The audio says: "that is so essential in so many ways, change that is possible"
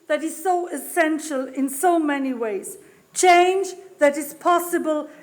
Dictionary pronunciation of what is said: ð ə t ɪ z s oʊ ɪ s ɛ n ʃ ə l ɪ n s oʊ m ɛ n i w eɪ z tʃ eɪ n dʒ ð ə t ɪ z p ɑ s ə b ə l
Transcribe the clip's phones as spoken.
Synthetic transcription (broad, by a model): ð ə t ɪ z s oʊ ɪ s ɛ n ʃ ə l ɪ n s oʊ m ɛ n i w eɪ z tʃ eɪ n dʒ ð ə t ɪ z p ɑ s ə b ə l